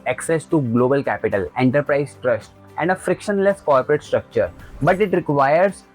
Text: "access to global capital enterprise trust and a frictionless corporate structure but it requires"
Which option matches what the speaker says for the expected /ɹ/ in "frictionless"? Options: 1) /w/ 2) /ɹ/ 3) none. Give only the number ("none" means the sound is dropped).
2